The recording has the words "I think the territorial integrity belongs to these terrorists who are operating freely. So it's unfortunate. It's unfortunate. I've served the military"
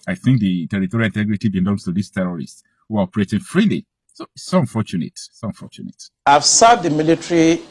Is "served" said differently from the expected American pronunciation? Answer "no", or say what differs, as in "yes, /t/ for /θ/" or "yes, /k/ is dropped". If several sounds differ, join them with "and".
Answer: yes, /v/ is dropped